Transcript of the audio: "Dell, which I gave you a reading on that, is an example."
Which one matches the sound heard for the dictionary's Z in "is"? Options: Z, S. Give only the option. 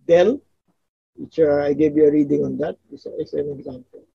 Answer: S